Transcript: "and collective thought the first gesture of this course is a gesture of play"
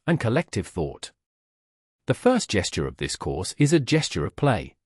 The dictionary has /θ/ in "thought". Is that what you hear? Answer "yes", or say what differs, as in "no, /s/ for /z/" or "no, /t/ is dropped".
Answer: yes